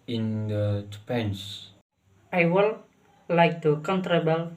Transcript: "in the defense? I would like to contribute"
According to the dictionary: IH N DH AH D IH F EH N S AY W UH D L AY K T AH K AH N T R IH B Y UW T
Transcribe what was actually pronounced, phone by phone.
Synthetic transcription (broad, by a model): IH N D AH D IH P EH N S AY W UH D L AY K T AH K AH N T R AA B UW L